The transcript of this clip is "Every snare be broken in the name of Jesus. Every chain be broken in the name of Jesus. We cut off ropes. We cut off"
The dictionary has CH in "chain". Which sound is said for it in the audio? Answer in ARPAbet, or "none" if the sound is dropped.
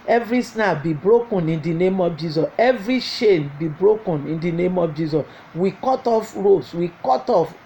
SH